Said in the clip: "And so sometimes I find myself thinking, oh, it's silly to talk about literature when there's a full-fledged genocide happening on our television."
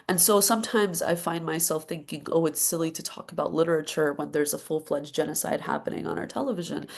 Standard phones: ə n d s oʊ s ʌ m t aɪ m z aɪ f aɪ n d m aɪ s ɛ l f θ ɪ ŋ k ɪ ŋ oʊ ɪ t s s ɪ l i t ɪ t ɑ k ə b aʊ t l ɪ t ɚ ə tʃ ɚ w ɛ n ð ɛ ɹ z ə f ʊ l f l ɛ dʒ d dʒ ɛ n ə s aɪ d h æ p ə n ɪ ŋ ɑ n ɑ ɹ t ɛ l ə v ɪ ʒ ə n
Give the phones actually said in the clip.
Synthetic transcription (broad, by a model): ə n s oʊ s ʌ m t aɪ m z aɪ f aɪ n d m aɪ s ɛ l f θ ɪ ŋ k ɪ ŋ oʊ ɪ t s s ɪ l i t ɪ t ɑ k ə b aʊ t l ɪ t ɚ ə tʃ ɚ w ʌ n ð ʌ ɹ z ə f ʊ l f l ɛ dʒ dʒ ɛ n ə s aɪ d h æ p ə n ɪ ŋ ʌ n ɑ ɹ t ɛ l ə v ɪ ʒ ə n